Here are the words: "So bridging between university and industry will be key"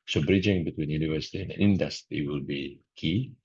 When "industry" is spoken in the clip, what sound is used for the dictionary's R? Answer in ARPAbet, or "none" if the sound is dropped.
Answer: none